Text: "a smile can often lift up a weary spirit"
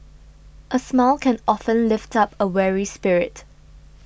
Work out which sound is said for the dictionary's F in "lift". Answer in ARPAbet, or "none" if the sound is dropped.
F